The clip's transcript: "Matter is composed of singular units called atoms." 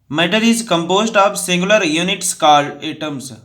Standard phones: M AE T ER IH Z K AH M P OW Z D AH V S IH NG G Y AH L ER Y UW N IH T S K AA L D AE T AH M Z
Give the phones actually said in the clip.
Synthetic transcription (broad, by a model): M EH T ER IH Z K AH M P OW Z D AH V S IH NG G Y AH L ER Y UW N IH T S K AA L EH T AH M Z